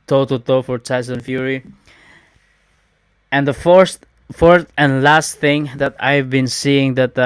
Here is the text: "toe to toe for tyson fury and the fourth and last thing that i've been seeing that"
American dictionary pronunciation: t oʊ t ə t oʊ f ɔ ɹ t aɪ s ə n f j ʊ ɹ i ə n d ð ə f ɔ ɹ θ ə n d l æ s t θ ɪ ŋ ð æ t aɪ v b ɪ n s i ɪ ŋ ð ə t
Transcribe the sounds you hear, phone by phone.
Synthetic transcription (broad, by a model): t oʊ t ə t oʊ f ɔ ɹ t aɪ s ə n f j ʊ ɹ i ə n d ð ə f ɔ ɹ f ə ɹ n l æ s t θ ɪ ŋ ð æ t aɪ v b ɪ n s i ɪ ŋ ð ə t